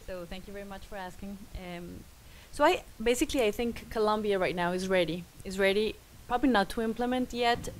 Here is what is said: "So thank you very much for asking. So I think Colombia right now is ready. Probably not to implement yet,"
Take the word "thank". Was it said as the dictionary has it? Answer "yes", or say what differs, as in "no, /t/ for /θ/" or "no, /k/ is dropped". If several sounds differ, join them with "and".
yes